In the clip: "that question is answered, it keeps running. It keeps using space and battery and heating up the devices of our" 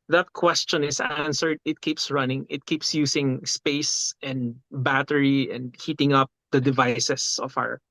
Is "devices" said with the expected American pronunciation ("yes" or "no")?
no